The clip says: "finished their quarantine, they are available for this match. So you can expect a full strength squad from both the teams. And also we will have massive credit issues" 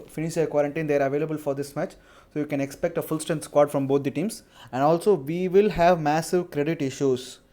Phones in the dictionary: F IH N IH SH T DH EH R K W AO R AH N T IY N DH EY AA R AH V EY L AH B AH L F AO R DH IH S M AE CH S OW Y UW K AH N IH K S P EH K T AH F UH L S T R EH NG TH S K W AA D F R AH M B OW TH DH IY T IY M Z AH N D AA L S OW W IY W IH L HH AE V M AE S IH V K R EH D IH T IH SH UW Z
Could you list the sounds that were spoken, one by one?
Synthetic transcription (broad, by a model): F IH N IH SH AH K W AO R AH N T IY N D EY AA R AH V EY L AH B AH L F AO R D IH S M AE CH S OW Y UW K AH N IH K S P EH K T AH F UH L S T EH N S K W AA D F R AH M B OW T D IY T IY M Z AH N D AA L S OW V IY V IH L HH AE V M AE S IH V K R EH D IH T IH SH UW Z